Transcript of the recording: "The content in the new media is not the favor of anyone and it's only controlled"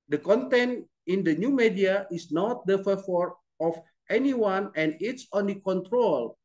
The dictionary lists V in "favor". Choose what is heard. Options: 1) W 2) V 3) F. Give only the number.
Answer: 3